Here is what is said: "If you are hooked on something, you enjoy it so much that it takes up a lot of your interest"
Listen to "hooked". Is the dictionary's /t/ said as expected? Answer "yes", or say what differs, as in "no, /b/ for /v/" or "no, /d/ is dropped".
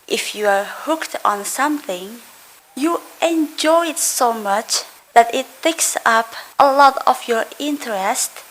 yes